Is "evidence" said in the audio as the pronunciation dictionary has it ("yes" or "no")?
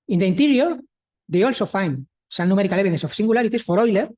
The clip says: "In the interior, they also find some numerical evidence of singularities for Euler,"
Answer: no